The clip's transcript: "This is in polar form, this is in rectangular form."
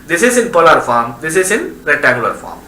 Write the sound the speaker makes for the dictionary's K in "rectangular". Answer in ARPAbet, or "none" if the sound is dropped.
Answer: none